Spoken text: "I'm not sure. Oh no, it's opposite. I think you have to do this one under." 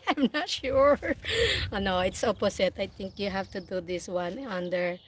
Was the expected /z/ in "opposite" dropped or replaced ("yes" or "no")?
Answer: yes